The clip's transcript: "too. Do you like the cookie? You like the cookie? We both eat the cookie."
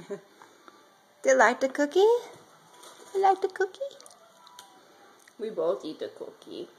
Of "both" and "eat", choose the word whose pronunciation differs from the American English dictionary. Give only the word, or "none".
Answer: both